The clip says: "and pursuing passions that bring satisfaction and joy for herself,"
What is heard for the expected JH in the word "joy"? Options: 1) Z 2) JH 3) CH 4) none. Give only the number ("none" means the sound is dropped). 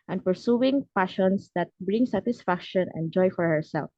2